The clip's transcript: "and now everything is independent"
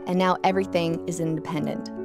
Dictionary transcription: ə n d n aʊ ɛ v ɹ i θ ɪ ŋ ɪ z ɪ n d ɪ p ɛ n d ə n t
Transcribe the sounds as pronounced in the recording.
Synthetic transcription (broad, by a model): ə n n aʊ ɛ v ɹ i θ ɪ ŋ ɪ z ɪ n d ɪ p ɛ n d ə n t